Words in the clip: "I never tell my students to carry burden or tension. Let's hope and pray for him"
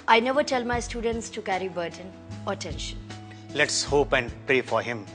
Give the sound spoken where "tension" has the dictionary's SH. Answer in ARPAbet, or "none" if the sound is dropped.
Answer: SH